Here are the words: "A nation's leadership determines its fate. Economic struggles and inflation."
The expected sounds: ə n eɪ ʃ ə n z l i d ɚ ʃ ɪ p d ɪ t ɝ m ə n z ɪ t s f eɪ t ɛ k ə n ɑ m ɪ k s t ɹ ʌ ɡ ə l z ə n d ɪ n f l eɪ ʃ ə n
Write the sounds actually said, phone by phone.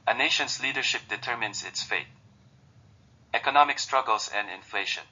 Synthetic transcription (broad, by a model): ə n eɪ ʃ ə n s l i d ɚ ʃ ɪ p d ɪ t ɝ m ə n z ɪ t s f eɪ t ɛ k ə n ɑ m ɪ k s t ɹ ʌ ɡ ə l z ə n d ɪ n f l eɪ ʃ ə n